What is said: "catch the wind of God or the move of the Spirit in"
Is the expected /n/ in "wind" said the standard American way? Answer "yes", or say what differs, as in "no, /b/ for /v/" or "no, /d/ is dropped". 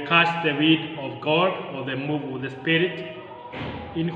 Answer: no, /n/ is dropped